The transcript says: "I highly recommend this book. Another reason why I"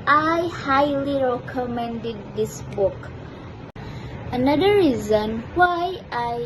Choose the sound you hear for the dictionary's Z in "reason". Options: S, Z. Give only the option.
Z